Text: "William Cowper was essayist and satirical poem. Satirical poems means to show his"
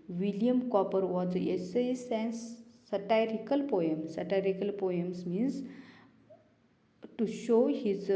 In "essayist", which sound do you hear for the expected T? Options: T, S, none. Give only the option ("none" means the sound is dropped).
none